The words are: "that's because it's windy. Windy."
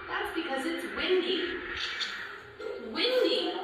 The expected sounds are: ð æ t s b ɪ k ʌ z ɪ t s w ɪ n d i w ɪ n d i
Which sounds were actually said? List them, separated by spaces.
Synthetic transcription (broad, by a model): ð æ t s b ɪ k ʌ z ɪ t s w ɪ n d i w ɪ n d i